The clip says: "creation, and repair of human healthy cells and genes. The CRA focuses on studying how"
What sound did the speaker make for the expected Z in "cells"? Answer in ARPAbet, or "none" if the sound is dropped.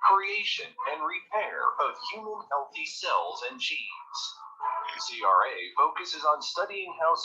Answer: Z